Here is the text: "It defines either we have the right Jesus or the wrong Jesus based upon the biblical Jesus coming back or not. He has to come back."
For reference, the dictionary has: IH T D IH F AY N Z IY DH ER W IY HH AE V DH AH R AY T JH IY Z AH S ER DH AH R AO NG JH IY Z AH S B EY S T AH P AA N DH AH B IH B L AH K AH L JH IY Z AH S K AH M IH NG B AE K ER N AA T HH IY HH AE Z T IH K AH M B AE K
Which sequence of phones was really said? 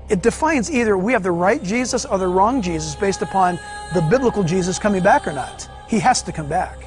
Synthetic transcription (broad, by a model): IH T D IH F AY N Z IY DH ER W IY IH V DH AH R AY T JH IY Z AH S ER DH AH R AO NG JH IY Z AH S B EY S T AH P AA N DH AH B IH B L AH K L JH IY Z AH S K AH M IH NG B AE K ER N AA T HH IY HH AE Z T IH K AH M B AE K